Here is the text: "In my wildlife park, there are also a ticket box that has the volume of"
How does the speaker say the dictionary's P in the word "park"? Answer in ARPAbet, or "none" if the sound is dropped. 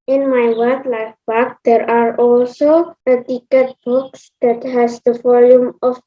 B